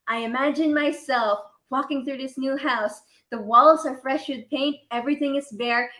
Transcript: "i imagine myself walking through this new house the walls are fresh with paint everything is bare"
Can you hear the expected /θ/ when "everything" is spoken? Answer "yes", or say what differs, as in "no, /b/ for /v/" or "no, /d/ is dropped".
yes